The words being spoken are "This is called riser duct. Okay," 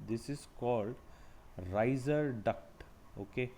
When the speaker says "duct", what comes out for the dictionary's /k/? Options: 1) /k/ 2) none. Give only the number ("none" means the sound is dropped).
1